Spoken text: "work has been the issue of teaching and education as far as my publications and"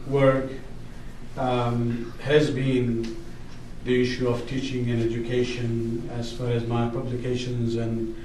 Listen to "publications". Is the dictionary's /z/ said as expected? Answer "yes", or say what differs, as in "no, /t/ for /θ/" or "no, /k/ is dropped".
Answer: yes